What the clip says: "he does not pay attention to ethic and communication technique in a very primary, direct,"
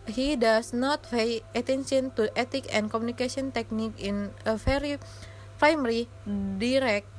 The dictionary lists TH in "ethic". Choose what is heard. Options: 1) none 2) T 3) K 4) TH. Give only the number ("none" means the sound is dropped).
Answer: 2